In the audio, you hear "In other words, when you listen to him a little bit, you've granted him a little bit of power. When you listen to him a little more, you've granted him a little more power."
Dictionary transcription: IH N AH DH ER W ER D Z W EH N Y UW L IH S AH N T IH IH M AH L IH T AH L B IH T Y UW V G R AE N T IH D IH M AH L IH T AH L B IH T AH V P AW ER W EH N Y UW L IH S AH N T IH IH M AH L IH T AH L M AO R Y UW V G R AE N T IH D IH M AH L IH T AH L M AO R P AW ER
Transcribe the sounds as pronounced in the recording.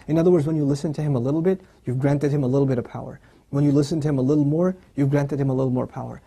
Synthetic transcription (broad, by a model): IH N AH DH ER W ER D Z W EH N Y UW L IH S AH N T IH IH M AH L IH T L B IH T Y UW V G R AE N T IH D IH M AH L IH T L B IH T AH V P AW ER W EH N Y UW L IH S AH N T IH IH M AH L IH T L M AO R Y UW V G R AE N T IH D IH M AH L IH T L M AO R P AW ER